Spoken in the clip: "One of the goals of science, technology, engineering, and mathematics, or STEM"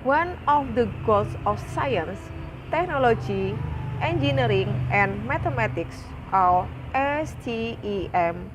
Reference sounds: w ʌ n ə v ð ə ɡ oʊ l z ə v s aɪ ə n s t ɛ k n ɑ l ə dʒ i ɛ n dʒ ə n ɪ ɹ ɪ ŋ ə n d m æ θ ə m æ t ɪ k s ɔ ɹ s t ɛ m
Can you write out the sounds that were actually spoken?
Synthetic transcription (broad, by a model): w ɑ n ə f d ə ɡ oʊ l s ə f s aɪ ə n s t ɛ k n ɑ l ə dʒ i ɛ n dʒ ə n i ɹ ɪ ŋ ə n m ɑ t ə m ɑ t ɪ k s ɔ l s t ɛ m